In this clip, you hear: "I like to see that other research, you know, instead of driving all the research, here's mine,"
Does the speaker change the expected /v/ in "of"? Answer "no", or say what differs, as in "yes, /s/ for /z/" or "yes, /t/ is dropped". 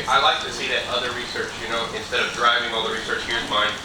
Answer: no